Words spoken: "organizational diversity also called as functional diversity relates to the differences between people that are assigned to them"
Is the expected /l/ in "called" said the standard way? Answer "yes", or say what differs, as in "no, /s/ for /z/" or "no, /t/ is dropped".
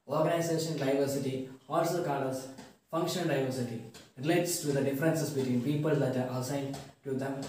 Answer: no, /l/ is dropped